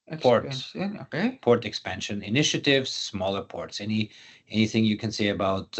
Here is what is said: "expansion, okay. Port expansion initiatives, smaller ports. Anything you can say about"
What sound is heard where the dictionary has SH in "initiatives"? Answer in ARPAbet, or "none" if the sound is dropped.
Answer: SH